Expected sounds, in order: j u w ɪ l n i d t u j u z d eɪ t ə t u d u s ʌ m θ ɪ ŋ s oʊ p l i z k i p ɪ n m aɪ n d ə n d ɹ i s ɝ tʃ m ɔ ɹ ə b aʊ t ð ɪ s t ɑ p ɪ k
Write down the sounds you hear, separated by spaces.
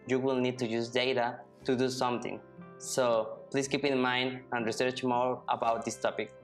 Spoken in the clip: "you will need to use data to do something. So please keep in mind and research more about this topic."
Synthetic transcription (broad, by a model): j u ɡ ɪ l n i d t u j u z d eɪ t ə t u d u s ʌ m t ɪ ŋ s oʊ p l i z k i p ɪ n m aɪ n d ə n d ɹ i s ɝ tʃ m ɔ ɹ ə b aʊ t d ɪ s t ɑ p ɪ k